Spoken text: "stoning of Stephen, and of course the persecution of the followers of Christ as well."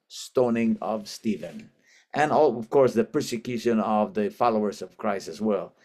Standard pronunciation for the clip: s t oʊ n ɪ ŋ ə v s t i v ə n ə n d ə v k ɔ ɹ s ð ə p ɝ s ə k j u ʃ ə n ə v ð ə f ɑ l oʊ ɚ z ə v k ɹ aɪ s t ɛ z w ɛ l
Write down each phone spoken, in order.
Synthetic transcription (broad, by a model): s t oʊ n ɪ ŋ ə v s t i v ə n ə n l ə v k ɔ ɹ s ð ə p ɝ s ə k j u ʃ ə n ə v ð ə f ɑ l oʊ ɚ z ə v k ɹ aɪ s ɛ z w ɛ l